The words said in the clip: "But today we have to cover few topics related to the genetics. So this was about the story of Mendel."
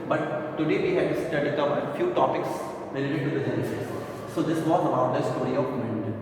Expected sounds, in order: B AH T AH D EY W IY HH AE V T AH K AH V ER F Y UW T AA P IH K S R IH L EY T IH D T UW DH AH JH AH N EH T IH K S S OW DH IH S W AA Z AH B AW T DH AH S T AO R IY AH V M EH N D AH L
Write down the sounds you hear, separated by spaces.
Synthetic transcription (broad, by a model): B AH T AH D EY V IY HH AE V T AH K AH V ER F Y UW T AA P IH K S R IH L EY T IH D T UW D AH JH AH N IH S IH S S OW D IH S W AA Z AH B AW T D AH S T AO R IY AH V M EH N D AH